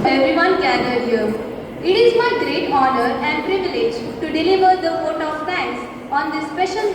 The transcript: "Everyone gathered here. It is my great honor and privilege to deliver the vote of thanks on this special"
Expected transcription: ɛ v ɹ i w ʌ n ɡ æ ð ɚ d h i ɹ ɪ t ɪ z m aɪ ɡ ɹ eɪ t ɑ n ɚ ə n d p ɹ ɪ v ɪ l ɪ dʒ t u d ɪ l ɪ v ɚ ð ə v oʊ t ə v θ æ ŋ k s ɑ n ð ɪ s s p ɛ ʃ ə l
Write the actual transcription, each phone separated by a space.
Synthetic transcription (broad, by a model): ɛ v ɹ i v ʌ n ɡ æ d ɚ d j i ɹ ɪ t ɪ z m aɪ ɡ ɹ eɪ t ɑ n ɚ ə n d p ɹ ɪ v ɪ l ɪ dʒ t u d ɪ l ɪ v ɚ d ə f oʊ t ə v t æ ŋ k s ɑ n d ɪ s s p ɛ ʃ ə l